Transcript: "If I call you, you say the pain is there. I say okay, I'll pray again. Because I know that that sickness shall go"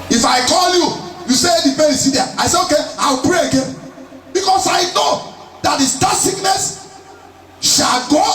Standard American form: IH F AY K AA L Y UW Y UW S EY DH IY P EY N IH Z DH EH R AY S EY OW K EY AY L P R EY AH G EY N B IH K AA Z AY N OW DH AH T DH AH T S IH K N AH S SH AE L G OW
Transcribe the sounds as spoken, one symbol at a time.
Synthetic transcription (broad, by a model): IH F AY K AA L Y UW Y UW S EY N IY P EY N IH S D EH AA AY S EY OW K EY AY W P R EY AH G EY N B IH K AA S AY N OW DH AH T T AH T S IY K N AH S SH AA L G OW